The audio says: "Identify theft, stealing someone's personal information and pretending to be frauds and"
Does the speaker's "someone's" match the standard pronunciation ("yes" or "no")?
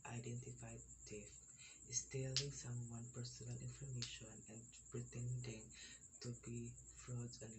no